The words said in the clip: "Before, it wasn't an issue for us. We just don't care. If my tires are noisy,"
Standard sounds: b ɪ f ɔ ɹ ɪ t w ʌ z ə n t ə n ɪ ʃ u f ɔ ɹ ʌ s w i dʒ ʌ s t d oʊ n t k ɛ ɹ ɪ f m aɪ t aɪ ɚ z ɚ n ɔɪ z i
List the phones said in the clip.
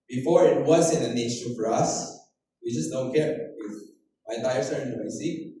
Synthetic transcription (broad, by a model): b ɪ f ɔ ɹ ɪ t w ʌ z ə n ə n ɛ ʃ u f ɔ ɹ ʌ s w i dʒ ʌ s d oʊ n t k ɛ ɹ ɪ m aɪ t aɪ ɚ s ɚ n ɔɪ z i